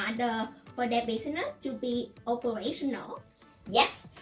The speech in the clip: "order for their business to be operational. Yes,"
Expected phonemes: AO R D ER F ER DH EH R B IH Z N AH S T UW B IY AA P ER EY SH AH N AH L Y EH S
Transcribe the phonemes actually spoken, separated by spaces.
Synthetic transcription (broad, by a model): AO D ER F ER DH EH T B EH S N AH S T UW B IY AA P ER EY SH AH N AH L Y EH S